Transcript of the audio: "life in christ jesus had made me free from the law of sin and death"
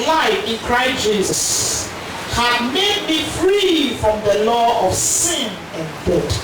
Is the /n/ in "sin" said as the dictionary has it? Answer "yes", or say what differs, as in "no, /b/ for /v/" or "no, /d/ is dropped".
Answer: yes